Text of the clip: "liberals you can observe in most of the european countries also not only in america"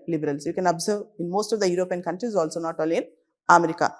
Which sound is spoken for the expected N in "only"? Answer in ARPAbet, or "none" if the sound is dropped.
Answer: none